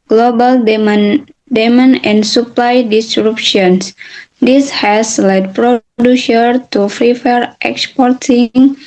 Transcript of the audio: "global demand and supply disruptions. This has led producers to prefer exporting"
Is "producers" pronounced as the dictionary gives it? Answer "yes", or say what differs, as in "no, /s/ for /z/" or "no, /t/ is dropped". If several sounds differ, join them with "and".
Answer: no, /z/ is dropped